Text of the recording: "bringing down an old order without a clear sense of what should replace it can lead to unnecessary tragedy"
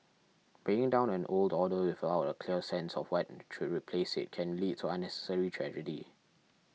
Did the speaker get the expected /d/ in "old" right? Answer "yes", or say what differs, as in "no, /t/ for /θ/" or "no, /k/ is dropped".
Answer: yes